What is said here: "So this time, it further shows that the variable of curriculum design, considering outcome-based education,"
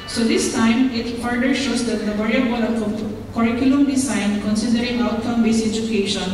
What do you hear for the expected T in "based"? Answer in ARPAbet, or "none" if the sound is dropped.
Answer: none